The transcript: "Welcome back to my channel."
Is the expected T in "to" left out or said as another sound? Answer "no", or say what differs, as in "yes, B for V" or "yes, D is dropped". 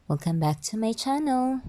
no